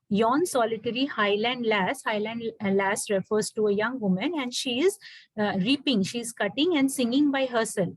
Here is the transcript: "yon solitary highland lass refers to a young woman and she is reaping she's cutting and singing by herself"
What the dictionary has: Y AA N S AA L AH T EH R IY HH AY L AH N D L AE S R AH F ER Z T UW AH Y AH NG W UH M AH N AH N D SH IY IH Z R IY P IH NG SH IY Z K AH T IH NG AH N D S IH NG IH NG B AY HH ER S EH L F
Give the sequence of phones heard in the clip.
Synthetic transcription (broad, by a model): Y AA N S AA L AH T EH L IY HH AY L AH N D L AE S R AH F ER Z T UW AH Y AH NG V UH M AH N AH N D SH IY IH Z R IY P IH NG SH IY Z K AH T IH NG AH N D S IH NG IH NG B AY HH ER S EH L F